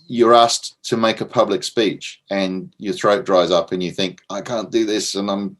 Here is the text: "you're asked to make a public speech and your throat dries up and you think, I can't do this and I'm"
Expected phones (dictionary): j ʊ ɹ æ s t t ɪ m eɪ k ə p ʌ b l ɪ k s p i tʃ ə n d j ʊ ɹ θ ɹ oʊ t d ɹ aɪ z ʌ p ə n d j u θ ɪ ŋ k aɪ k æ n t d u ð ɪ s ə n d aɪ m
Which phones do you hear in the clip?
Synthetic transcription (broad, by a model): j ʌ ɹ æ s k t ɪ m eɪ k ə p ʌ b l ɪ k s p i tʃ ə n j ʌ ɹ θ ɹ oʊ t d ɹ aɪ z ʌ p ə n j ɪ θ ɪ ŋ k aɪ k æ n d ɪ ð ɪ s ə n aɪ m